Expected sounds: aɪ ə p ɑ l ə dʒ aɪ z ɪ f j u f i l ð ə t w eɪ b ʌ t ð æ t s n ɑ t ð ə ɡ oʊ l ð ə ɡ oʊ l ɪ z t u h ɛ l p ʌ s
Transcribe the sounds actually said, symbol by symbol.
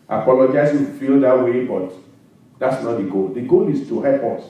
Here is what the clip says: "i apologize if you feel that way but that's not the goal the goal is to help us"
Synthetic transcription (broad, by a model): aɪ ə p ɑ l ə dʒ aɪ ɪ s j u f i l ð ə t w eɪ b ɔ t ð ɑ t s n ɑ t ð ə ɡ oʊ l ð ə ɡ oʊ l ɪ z t u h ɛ p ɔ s